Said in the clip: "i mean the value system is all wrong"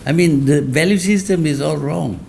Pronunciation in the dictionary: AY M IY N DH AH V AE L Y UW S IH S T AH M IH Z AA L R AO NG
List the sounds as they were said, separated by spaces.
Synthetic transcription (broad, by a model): AY M IY N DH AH V AE L Y UW S IH S T AH M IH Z AA L R AO NG